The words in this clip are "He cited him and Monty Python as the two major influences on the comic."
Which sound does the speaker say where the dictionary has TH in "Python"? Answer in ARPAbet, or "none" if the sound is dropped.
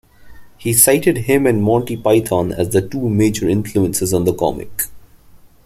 T